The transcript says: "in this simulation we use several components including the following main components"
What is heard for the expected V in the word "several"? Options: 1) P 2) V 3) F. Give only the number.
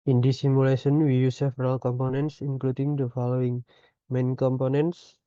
3